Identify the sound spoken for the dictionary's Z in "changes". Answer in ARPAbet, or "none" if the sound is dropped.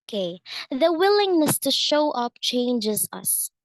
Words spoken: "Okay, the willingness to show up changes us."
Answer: Z